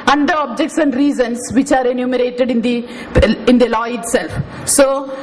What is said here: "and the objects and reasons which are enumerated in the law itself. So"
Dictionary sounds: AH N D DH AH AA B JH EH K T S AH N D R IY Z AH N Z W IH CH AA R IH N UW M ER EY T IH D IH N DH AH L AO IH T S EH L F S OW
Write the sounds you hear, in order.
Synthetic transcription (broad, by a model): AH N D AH AA B JH EH K T S AH N D R IY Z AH N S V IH CH AA R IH N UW M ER EY T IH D IH N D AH L AO IH T S EH L F S OW